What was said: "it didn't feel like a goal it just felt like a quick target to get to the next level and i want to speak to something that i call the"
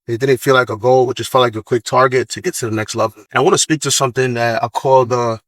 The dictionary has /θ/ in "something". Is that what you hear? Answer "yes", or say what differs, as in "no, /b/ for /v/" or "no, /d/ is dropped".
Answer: yes